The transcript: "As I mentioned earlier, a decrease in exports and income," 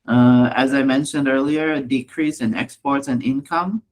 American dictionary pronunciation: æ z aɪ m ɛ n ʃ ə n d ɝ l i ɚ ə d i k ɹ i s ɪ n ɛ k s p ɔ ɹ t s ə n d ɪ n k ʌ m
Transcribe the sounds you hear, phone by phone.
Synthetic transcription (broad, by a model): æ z aɪ m ɛ n ʃ ə n d ɝ l i ɚ d i k ɹ i s ɪ n ɛ k s p ɔ ɹ t s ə n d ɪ n k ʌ m